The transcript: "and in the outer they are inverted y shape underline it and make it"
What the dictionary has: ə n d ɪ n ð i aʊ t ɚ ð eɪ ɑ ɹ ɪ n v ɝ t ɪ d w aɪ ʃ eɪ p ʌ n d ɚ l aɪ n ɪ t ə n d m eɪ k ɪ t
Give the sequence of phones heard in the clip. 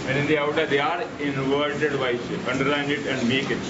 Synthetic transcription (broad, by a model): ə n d ɪ n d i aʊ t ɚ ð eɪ ɑ ɹ ɪ n v ɝ t ɪ d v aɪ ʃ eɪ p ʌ n d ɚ aɪ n ɪ t ə n d m eɪ k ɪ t